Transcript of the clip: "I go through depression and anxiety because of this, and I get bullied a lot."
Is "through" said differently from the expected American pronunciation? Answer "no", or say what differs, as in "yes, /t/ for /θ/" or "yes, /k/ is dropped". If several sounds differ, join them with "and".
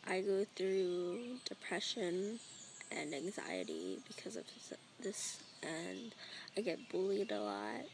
no